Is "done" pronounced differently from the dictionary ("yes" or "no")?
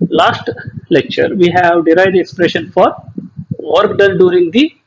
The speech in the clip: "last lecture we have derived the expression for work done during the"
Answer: yes